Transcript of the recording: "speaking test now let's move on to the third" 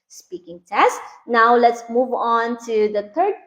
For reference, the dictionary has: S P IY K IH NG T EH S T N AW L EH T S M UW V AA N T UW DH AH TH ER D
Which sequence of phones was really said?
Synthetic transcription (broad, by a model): S P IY K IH NG T EH S T N AW L EH T S M UW V AA N T UW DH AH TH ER D